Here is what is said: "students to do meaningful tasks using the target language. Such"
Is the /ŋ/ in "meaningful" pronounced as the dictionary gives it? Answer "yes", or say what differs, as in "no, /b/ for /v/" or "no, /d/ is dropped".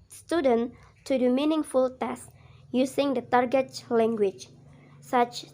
yes